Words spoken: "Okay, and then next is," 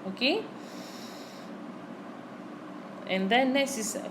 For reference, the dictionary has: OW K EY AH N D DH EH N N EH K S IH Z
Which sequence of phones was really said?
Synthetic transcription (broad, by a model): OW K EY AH N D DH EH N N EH S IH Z